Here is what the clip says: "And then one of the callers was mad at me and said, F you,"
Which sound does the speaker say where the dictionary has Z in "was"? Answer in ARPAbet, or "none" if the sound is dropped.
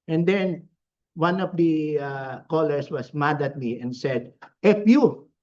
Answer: S